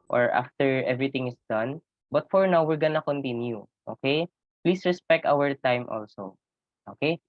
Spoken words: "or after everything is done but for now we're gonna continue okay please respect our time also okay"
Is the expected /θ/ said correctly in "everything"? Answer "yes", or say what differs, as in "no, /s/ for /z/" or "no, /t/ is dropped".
no, /t/ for /θ/